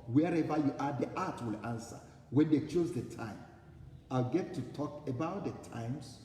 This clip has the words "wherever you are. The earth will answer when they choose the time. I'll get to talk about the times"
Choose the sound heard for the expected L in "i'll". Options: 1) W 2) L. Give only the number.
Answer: 2